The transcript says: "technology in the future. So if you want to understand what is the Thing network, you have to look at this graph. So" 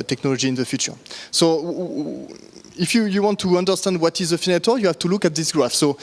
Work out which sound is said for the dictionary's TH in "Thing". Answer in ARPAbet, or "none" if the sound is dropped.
F